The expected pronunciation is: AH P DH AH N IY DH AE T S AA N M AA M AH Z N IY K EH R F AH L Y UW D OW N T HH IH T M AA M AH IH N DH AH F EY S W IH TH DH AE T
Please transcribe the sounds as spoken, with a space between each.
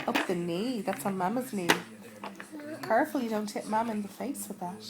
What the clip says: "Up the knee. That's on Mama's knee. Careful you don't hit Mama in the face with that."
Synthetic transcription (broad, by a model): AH P DH AH N IY DH AE T S N M AA M AH Z N IY K EH R F AH L Y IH D OW N T HH IH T M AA M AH IH N DH AH F EY S W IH DH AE T